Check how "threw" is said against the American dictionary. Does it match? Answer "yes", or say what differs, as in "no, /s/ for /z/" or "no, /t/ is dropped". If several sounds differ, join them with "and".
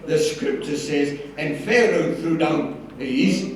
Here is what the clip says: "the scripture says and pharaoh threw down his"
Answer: yes